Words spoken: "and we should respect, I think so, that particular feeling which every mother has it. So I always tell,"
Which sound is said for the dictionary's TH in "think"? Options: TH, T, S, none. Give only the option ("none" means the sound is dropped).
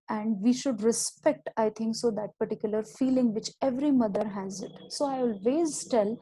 T